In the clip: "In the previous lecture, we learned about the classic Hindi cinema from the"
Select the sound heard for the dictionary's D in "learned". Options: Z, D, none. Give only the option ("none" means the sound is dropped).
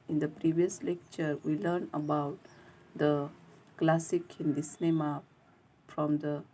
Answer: none